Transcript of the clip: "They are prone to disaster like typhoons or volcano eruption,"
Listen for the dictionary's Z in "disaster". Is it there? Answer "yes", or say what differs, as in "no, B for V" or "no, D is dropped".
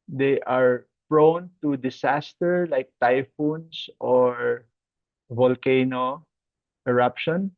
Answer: no, S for Z